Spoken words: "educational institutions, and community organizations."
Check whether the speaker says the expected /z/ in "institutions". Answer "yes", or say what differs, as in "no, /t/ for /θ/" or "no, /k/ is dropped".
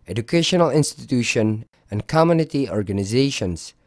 no, /z/ is dropped